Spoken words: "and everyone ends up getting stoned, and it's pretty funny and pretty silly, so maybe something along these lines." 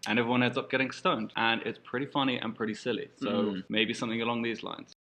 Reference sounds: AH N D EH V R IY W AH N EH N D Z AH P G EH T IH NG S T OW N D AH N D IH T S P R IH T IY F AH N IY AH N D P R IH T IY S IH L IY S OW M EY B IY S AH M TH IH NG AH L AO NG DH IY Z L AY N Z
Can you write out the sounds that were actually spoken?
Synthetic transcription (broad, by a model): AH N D EH V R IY W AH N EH D Z AH P G EH T IH NG S T OW N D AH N IH T S P R IH T IY F AH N IY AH N P R IH T IY S IH L IY S OW M EY B IY S AH M TH IH NG AH L AO NG DH IY Z L AY N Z